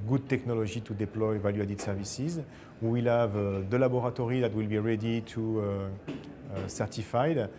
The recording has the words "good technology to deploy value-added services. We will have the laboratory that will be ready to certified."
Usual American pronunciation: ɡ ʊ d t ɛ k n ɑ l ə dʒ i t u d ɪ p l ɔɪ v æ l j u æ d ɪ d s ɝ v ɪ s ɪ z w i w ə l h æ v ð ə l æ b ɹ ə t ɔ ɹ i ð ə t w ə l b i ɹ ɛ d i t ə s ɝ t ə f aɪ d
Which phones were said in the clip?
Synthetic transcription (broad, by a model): ɡ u d t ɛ k n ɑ l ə ʒ i t u d ɪ p l ɔɪ v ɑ l j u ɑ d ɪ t s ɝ v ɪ s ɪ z w i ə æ v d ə l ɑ b ɹ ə t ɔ ɹ i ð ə t w ə l b i ɹ ɛ d i t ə s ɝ t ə f aɪ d